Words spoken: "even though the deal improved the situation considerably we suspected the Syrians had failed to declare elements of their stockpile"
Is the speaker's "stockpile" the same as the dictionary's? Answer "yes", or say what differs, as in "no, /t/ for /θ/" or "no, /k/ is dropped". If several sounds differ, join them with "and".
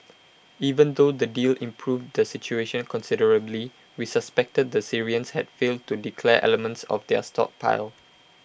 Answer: yes